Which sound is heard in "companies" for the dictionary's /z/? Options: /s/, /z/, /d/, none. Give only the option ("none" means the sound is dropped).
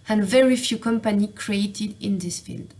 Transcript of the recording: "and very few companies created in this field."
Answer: none